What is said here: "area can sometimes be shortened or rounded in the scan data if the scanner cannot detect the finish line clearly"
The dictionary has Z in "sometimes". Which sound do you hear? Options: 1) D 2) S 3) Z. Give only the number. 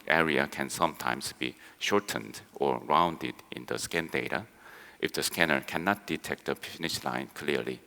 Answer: 2